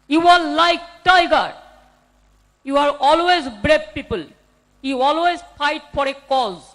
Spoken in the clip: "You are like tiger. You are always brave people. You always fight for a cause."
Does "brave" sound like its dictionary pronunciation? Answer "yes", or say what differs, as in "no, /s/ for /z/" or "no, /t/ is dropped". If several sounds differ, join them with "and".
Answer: no, /b/ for /v/